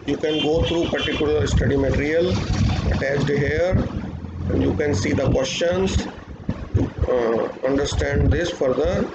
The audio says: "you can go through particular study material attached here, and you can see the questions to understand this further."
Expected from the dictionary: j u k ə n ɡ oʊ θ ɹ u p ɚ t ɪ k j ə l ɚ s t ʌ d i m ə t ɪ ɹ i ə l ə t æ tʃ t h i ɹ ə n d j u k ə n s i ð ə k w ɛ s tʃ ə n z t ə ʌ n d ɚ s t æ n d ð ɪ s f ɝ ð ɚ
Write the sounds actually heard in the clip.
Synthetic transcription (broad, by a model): j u k ə n ɡ oʊ t ɹ u p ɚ t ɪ k j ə l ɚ s t ʌ d i m ə t ɪ ɹ i ə l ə t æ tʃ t h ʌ ɹ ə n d j u k ə n s i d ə k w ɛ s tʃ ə n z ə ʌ n d ɚ s t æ n d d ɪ s f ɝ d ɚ